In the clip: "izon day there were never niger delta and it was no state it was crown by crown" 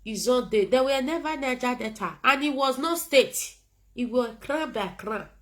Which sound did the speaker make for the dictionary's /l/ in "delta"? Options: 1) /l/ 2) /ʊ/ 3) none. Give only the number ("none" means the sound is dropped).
3